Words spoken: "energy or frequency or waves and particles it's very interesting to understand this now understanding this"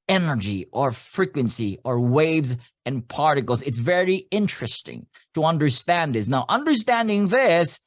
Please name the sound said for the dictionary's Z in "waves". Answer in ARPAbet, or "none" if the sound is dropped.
Z